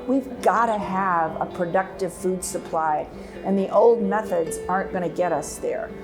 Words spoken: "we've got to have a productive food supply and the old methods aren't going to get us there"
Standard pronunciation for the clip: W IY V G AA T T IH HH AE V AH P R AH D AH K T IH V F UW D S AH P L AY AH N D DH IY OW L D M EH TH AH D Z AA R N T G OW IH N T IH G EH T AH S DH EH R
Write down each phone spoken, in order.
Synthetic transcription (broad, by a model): W IY V G AA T T IH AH V AH P R AH D AH K T IH V F UW D S AH P L AY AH N DH IY OW L D M EH TH AH D Z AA R N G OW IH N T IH G EH T AH S DH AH R